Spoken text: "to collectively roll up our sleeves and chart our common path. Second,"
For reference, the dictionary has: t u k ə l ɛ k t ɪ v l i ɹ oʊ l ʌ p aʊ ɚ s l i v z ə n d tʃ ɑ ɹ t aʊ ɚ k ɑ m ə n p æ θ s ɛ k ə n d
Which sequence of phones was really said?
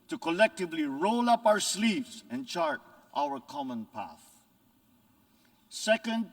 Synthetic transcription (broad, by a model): t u k ə l ɛ k t ɪ v l i ɹ oʊ l ʌ p aʊ ɚ s l i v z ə n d tʃ ɑ ɹ t aʊ ɚ k ɑ m ə n p æ θ s ɛ k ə n d